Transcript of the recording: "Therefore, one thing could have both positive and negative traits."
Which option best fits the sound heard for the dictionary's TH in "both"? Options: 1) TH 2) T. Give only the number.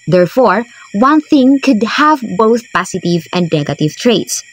1